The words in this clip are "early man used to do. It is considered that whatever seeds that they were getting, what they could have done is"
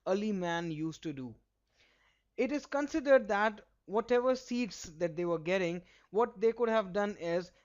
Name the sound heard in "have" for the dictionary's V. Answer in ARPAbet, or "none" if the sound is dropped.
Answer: V